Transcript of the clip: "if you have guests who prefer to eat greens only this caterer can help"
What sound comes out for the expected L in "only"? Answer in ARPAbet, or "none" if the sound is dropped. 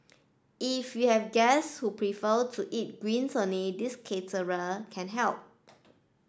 none